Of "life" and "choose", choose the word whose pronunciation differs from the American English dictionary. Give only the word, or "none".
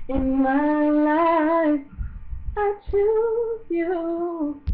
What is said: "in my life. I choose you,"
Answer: choose